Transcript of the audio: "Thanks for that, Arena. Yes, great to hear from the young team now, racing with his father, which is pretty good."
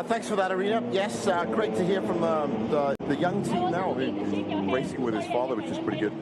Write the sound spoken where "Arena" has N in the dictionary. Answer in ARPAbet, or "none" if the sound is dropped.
none